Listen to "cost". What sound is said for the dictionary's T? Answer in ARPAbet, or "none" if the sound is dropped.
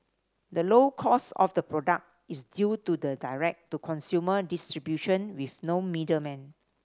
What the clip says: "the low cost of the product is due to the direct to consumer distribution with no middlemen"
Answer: none